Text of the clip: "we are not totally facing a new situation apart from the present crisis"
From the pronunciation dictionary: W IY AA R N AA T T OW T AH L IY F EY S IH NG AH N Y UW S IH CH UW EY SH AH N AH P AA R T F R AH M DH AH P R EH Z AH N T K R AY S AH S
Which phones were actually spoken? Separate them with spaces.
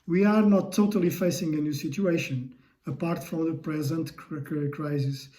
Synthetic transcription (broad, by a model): W IY AA R N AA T T OW T AH L IY F EY S IH NG AH N Y UW S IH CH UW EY SH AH N AH P AA R T F R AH M DH AH P R EH Z AH N T K R AY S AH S